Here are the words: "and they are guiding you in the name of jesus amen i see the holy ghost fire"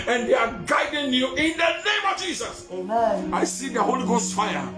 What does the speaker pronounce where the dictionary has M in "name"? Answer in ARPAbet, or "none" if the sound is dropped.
M